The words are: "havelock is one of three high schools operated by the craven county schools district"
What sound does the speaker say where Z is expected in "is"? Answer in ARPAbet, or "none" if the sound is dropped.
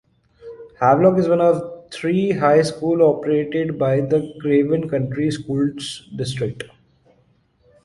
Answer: Z